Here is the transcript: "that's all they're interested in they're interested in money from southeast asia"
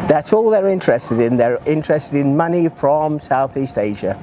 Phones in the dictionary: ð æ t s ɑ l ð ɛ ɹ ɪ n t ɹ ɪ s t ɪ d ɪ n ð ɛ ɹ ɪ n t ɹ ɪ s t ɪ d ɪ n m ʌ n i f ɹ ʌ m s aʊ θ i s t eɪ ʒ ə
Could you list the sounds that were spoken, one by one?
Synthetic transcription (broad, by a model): ð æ t s ɑ l ð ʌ ɹ ɪ n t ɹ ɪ s t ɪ d ɪ n ð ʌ ɹ ɪ n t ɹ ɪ s t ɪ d ɪ n m ʌ n i f ɹ ʌ m s aʊ θ i s t eɪ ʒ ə